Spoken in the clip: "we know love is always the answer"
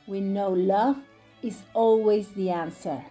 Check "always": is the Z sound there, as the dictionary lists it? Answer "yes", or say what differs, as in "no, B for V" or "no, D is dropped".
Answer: yes